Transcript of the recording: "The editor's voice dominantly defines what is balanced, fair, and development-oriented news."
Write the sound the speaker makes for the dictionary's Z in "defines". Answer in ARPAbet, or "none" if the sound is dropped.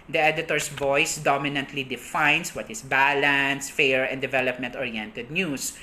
S